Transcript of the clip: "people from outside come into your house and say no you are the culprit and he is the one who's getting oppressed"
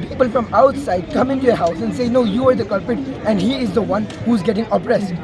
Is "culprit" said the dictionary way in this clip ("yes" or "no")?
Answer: no